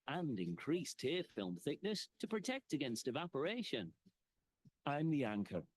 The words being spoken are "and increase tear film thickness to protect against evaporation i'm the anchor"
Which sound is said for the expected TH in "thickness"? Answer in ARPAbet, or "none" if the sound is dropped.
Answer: TH